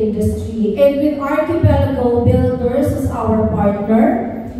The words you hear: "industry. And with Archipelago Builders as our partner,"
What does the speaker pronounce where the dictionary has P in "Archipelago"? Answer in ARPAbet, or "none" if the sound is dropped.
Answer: B